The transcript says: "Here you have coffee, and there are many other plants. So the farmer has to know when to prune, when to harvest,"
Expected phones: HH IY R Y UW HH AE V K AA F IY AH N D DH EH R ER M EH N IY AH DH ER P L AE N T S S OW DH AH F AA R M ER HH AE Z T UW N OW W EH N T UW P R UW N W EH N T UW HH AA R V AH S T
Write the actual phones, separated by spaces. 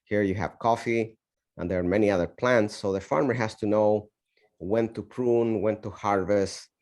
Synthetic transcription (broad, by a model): HH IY R Y UW HH AE V K AA F IY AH N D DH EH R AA M EH N IY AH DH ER P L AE N T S S OW DH AH F AA R M ER HH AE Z T UW N OW W EH N T UW P R UW N W EH N T UW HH AA R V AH S T